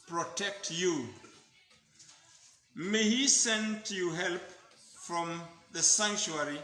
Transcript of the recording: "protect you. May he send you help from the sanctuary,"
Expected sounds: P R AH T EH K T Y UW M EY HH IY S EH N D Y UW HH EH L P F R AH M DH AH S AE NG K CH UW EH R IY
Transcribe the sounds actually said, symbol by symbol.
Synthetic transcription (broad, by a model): P R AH T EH K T Y UW M EY HH IY S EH N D Y UW HH EH L P F R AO M DH AH S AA NG K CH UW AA R IY